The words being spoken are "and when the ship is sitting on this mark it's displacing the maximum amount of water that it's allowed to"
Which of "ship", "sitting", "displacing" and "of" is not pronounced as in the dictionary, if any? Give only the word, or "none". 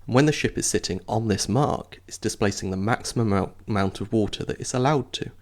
none